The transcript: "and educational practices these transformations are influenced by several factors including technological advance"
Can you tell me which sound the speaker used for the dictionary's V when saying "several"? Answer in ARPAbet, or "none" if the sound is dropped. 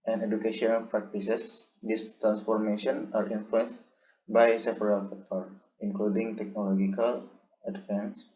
F